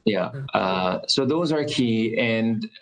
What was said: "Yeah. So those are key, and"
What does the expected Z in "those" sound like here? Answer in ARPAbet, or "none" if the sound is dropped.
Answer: Z